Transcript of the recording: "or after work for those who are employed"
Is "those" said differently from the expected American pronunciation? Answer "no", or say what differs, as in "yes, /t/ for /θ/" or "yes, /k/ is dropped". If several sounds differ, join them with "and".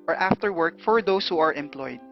yes, /s/ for /z/